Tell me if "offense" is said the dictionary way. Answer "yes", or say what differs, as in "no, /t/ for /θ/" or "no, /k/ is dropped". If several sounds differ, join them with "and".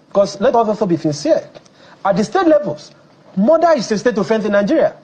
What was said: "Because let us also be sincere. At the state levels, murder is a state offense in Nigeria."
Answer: no, /θ/ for /s/